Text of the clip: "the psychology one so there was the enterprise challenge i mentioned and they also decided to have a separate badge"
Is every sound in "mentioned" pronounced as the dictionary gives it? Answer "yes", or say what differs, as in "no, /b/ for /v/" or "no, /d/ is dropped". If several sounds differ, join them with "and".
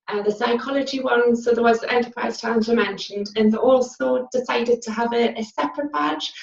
yes